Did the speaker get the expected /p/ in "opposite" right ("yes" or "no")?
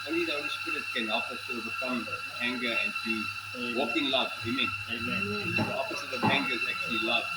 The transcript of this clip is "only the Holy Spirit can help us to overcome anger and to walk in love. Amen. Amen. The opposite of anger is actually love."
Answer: no